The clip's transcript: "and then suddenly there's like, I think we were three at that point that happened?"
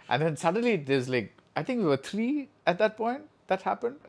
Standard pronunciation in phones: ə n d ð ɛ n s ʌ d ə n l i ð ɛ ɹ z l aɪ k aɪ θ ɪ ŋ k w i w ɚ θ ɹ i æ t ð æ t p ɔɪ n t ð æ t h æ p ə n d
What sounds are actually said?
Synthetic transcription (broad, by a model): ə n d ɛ n s ʌ d ə n l i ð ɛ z l aɪ k aɪ t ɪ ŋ k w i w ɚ t ɹ i æ t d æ t p ɔɪ n t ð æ t h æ p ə n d